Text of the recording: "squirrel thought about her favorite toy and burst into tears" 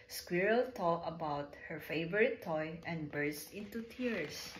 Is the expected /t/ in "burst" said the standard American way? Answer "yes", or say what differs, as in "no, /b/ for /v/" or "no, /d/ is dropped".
yes